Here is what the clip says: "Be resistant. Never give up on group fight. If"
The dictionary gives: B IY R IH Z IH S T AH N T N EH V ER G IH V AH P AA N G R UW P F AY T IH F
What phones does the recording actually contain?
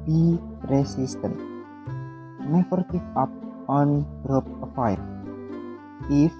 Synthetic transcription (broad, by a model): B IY R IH S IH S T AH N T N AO F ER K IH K AH P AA N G R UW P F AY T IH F